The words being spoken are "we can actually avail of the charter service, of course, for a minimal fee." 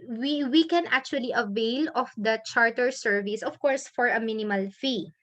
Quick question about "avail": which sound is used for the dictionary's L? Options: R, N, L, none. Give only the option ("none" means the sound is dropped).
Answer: L